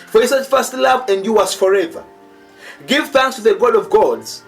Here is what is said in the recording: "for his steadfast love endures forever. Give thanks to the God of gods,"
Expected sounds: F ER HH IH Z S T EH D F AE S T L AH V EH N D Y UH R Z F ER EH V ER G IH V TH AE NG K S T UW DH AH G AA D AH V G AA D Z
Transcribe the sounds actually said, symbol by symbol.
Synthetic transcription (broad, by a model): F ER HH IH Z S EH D F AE S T L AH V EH N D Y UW W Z F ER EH V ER G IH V TH AE NG K S T UW DH AH G AA D AH V G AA D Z